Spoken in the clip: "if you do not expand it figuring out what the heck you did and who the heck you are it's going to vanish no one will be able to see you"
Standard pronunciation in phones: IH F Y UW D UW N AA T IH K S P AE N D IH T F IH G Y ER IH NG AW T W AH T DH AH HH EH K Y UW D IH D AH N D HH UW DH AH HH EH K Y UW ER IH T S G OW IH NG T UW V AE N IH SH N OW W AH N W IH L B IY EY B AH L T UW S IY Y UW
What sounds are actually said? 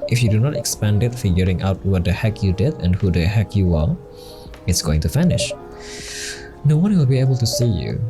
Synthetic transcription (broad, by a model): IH F Y UW D UW N AA T IH K S P AE N D IH T F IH G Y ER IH NG AW T W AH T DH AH HH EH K Y UW D IH D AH N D HH UW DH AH HH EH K Y UW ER IH T S G OW IH NG T UW F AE N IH SH N OW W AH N W IH L B IY EY B AH L T UW S IY Y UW